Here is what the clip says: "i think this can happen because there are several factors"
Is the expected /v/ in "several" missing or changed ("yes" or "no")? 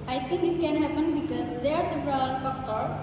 yes